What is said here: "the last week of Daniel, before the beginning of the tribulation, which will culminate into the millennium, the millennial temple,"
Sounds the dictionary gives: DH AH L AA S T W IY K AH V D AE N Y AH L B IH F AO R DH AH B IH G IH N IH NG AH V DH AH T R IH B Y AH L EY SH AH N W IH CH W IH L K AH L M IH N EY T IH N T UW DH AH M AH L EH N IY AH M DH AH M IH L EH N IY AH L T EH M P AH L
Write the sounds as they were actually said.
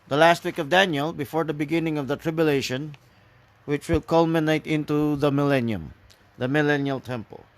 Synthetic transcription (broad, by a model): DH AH L AA S T W IY K AH V D AE N Y AH L B IH F AO R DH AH B IH G IH N IH NG AH V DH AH T R IH B Y AH L EY SH AH N W IH CH W IH L K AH L M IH N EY T IH N T UW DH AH M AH L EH N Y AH M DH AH M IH L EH N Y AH L T EH M P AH L